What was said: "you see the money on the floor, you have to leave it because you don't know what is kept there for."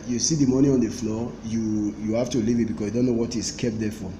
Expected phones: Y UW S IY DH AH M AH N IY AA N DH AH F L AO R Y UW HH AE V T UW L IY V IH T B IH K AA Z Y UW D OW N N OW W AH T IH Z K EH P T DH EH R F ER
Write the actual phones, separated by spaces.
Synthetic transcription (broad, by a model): Y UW S IY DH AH M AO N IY AA N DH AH F L AO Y Y UW HH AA F T UW L IY V IH T B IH K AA S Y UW D OW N N OW W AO T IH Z K EH P T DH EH F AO